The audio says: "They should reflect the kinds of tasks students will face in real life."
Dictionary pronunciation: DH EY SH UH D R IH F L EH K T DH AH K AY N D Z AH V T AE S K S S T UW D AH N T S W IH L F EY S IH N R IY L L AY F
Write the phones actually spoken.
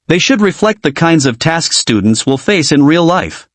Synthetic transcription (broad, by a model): DH EY SH UH D R IH F L EH K T DH AH K AY N D Z AH V T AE S K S S T UW D N T S W IH L F EY S IH N R IY L L AY F